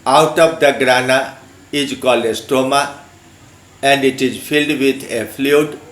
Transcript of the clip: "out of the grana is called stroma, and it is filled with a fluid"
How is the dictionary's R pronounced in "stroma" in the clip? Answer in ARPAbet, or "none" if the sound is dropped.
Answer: none